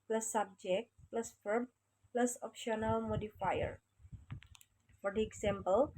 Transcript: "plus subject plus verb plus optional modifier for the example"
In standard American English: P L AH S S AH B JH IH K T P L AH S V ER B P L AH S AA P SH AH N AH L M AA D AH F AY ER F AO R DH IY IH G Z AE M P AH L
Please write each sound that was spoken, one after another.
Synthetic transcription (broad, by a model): P L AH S S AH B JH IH K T P L AH S F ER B P L AH S AA P SH AH N AH L M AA D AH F AY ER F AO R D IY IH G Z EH M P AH L